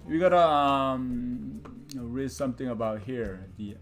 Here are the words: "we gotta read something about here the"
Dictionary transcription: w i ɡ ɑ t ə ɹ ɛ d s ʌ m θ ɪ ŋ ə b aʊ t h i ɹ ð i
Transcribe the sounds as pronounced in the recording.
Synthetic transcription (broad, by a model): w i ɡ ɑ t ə ɹ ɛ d s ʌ m t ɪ ŋ ə b aʊ t h i ɹ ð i